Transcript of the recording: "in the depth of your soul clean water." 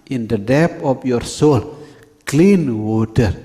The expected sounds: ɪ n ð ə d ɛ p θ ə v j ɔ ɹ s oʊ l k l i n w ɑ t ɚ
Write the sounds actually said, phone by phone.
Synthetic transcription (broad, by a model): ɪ n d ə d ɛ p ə p j ɔ ɹ s oʊ l k l i n w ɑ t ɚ